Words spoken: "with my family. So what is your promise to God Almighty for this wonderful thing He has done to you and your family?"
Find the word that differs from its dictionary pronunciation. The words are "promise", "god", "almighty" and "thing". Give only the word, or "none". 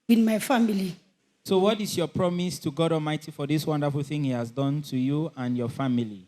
none